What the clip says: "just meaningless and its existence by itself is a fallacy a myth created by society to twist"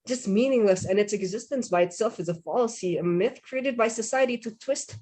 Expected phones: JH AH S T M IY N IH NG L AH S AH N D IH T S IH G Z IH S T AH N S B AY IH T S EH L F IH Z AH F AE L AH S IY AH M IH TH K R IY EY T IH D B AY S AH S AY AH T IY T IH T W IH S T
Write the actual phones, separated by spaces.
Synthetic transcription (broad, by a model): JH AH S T M IY N IH NG L AH S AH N IH T S IH G Z IH S T AH N S B AY IH T S EH L F IH Z AH F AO L S IY AH M IH TH K R IY EY T IH D B AY S AH S AY AH T IY T IH T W IH S T